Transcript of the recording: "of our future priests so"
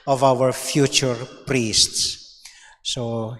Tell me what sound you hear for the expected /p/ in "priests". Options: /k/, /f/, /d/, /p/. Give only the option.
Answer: /p/